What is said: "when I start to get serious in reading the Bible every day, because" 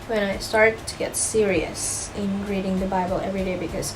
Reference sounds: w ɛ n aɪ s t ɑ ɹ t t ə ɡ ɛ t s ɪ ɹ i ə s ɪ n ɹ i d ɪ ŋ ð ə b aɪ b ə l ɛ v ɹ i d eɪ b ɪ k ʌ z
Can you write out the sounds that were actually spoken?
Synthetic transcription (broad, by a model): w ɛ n aɪ s t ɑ ɹ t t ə ɡ ɛ t s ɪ ɹ i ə s ɪ n ɹ i d ɪ ŋ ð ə b aɪ b ə l ɛ v ɹ i d eɪ b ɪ k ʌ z